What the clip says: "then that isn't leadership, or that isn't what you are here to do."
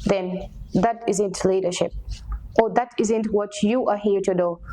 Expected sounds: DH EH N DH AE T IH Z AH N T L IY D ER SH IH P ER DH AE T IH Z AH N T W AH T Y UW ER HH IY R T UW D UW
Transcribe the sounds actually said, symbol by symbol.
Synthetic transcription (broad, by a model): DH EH N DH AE T IH Z AH N T L IY D ER SH IH P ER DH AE T IH Z AH N T W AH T Y UW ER HH IY R T UW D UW